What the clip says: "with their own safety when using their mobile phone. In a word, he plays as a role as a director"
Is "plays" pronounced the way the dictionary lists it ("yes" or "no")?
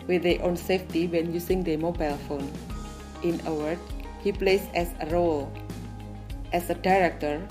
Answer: no